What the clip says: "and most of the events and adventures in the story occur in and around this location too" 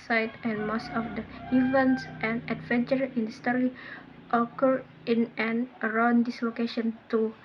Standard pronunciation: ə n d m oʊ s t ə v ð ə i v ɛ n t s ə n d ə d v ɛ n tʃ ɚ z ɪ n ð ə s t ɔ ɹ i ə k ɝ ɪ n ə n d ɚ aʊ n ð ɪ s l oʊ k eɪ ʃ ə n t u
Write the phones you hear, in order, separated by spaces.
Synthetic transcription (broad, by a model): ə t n m oʊ s t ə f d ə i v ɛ n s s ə n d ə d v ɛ n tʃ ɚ ɪ n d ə s t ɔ ɹ i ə k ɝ ɪ n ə n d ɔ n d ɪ s l oʊ k eɪ ʃ ə n t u